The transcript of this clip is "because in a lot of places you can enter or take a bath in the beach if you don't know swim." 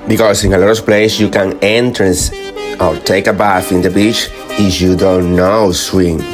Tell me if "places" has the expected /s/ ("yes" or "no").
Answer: no